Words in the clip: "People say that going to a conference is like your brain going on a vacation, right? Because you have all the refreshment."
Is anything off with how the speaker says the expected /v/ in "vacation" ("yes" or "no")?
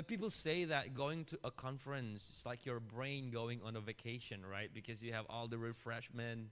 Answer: no